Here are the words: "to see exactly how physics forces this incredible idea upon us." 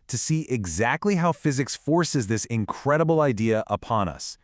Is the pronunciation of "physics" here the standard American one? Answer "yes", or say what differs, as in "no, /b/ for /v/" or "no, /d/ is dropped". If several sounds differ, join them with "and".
yes